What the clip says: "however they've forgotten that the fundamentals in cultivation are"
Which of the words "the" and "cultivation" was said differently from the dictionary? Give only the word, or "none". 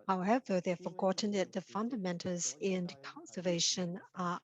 cultivation